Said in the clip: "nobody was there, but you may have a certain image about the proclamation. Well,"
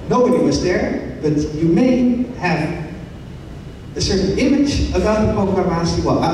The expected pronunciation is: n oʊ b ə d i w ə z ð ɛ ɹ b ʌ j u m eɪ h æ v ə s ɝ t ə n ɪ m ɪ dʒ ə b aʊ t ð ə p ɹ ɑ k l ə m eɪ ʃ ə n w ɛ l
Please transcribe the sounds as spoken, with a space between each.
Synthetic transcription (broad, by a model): n oʊ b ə d i w ə z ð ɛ ɹ b ʌ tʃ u m eɪ h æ v ə s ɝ t n ɪ m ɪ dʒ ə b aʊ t ð ə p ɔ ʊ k ə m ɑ s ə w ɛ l